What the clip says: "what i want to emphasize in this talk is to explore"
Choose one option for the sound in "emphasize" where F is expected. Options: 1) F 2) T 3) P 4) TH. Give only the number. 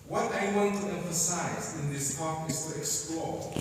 1